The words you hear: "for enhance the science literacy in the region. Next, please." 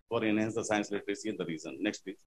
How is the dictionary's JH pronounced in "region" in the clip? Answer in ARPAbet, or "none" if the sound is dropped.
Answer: Z